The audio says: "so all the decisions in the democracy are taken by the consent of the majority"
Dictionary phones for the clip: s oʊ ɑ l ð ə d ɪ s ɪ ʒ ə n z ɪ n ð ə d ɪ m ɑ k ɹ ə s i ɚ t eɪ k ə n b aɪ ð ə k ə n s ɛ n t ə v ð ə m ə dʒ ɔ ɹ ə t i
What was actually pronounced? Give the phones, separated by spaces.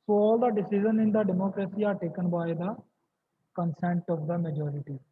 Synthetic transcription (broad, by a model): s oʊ ɑ l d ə d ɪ s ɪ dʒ ə n ɪ n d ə d ɪ m ɑ k ɹ ə s i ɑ t eɪ k ə n b aɪ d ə k ə n s ɛ n t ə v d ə m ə dʒ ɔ ɹ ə t i